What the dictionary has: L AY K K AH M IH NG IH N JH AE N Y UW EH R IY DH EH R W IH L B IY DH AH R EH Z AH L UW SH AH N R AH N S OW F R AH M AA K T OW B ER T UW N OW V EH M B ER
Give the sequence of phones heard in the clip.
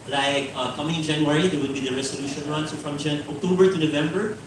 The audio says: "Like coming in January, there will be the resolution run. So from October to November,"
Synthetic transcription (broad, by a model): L AY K K AH M IH NG IH N JH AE N Y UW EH R IY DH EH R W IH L B IY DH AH R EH S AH L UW SH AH N R AH N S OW F R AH M AA K T OW B ER T UW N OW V EH M B ER